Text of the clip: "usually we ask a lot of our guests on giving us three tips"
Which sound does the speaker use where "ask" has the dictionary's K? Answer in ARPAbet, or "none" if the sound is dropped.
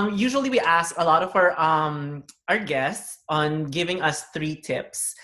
K